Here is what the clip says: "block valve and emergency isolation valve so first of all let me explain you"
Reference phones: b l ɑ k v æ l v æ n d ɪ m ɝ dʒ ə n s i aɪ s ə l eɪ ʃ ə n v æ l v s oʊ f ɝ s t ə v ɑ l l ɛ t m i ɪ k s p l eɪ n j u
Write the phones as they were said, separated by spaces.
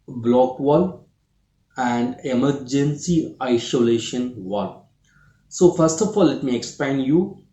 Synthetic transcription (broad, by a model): b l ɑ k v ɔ l æ n d ɪ m ɝ dʒ ə n s i aɪ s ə l eɪ ʃ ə n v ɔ l s oʊ f ɝ s t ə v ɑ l l ɛ t m i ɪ k s p eɪ n j u